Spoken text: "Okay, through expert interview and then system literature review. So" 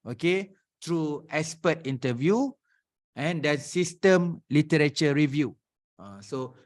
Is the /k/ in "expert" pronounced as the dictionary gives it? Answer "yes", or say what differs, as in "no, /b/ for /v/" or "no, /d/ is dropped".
no, /k/ is dropped